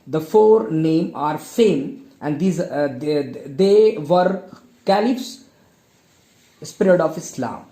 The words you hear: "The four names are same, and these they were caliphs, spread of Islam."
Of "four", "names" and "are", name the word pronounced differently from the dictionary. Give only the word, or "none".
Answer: names